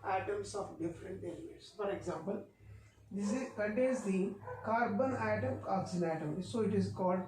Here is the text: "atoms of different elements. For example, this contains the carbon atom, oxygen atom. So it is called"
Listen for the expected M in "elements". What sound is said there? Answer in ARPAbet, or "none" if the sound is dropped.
none